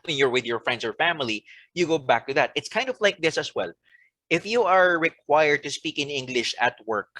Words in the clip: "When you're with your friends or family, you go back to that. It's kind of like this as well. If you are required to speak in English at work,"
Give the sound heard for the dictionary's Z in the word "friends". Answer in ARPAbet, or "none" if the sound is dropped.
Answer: S